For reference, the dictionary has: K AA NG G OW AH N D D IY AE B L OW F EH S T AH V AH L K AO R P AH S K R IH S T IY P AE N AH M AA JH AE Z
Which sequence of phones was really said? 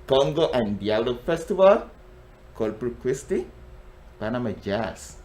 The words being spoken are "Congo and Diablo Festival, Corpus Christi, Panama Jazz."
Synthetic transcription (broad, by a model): K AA NG G OW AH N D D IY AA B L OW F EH S T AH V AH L K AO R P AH K W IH S T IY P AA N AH M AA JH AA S